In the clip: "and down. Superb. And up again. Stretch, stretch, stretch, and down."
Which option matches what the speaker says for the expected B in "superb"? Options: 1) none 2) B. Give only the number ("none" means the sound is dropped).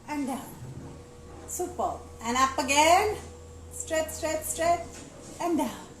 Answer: 1